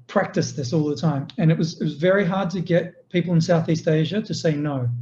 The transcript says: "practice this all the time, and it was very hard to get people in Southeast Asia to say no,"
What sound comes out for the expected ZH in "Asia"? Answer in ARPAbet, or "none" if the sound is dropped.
ZH